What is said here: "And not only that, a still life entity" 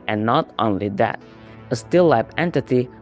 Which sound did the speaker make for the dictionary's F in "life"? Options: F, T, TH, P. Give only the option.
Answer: P